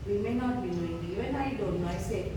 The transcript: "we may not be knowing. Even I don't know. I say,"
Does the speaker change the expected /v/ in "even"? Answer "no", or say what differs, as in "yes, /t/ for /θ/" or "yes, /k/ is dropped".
yes, /v/ is dropped